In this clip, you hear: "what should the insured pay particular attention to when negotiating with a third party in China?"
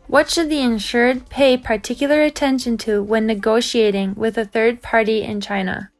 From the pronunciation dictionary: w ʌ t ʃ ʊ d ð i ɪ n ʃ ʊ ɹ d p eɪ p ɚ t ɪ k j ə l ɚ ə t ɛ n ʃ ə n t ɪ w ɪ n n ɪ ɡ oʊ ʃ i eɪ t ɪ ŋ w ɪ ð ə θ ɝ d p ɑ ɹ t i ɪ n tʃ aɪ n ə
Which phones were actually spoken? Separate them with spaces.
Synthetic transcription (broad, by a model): w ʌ t ʃ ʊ d ð i ɪ n ʃ ʊ ɹ d p eɪ p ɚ t ɪ k j l ɚ ə t ɛ n ʃ ə n t ɪ w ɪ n n ɪ ɡ oʊ ʃ i eɪ t ɪ ŋ w ɪ ð ə θ ɝ d p ɑ ɹ t i ɪ n tʃ aɪ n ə